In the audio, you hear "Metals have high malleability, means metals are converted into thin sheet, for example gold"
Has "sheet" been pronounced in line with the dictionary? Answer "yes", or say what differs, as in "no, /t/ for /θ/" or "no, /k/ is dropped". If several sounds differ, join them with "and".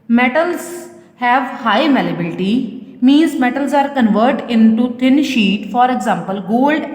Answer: yes